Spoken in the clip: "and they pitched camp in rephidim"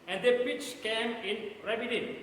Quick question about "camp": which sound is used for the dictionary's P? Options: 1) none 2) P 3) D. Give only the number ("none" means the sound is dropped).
1